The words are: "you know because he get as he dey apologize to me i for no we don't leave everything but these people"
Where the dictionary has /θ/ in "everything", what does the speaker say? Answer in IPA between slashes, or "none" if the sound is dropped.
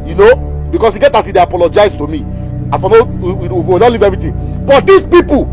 /t/